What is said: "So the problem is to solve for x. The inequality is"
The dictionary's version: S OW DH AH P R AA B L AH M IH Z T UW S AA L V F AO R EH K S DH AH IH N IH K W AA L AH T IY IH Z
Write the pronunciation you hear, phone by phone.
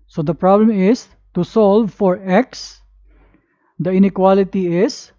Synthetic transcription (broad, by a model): S OW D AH P R AA B L AH M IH S T UW S AA L V F AO R EH K S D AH IH N IH K W AA L AH T IY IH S